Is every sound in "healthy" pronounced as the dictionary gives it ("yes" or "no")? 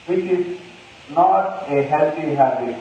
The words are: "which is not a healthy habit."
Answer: no